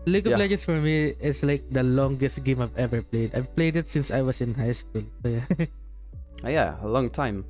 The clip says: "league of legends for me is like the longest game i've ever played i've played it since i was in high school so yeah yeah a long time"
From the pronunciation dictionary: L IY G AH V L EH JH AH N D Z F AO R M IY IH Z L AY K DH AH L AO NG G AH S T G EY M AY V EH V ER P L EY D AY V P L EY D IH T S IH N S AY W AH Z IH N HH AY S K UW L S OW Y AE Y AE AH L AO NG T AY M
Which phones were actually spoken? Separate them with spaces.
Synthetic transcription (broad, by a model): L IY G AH P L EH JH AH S F AO R M IY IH S L AY K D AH L AO NG G AH S T G EY M AY V EH V ER P L EY D AY V P L EY D IH T S IH N S AY W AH S IH N HH AY S K UW L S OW Y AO Y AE AH L AO NG T AY M